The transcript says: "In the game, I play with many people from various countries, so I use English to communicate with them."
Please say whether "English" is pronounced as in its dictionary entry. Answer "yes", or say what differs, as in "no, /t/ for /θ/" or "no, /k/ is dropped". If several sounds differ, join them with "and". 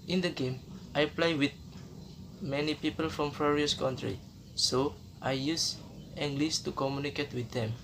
no, /s/ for /ʃ/